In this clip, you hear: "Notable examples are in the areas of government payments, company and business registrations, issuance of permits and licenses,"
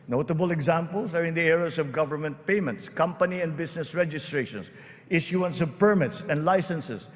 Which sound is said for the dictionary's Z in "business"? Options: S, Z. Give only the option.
S